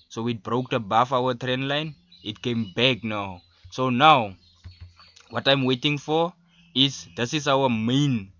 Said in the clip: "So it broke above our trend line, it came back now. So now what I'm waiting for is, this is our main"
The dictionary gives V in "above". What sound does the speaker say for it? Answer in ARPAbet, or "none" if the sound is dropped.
F